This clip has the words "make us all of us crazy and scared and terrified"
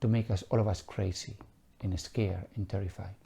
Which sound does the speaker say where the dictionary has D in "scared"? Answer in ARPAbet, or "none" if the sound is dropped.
none